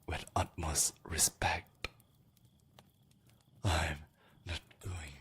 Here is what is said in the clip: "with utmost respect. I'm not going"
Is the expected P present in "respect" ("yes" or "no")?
yes